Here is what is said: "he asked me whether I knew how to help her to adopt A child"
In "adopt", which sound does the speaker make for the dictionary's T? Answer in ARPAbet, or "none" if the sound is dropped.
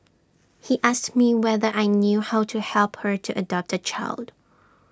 T